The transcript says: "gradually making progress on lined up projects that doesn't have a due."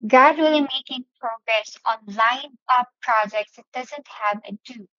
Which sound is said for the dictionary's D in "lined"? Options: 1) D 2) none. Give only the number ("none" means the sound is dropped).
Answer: 2